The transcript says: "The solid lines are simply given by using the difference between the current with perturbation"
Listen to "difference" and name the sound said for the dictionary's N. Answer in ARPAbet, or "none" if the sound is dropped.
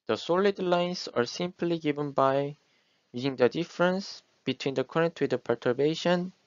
N